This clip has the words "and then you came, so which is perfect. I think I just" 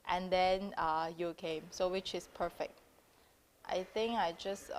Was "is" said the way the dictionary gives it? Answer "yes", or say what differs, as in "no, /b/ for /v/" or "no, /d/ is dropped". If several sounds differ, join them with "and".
no, /s/ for /z/